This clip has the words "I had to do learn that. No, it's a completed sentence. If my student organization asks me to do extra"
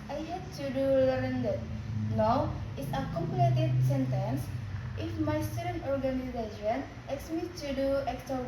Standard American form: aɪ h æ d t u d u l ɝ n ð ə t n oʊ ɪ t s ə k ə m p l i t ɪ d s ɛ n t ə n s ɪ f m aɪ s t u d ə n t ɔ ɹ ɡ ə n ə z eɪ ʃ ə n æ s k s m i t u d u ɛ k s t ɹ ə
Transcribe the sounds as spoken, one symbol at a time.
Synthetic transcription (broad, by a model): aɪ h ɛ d t u d u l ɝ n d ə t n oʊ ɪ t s ə k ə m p i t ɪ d s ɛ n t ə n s ɪ f m aɪ s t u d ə n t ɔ ɹ ɡ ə n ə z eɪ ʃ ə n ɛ k s m i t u d u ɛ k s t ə